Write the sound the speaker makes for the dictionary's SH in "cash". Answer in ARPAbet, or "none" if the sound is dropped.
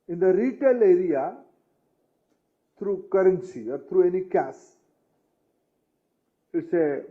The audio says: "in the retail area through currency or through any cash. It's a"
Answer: S